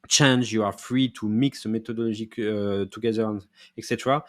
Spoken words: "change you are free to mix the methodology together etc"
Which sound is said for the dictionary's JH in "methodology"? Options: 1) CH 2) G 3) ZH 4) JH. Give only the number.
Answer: 3